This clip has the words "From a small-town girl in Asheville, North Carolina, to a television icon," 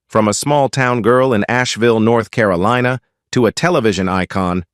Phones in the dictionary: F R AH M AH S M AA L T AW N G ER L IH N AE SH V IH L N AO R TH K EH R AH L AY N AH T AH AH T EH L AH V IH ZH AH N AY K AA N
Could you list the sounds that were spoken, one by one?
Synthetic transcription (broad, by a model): F R AH M AH S M AA L T AW N G ER L IH N AE SH V IH L N AO R TH K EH R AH L AY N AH T AH AH T EH L AH V IH ZH AH N AY K AA N